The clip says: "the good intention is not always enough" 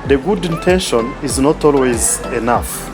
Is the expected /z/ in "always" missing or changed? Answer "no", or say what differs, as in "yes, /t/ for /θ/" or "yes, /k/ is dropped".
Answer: no